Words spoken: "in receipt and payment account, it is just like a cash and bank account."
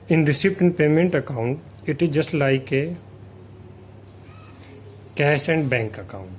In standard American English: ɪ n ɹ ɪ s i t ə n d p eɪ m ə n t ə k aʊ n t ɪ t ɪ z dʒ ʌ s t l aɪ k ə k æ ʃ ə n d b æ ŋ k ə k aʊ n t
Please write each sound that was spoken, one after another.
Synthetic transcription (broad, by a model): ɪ n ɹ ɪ s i t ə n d p eɪ m ə n t ə k aʊ n t ɪ t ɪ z dʒ ʌ s t l aɪ k ə k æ s ə n d b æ ŋ k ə k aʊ n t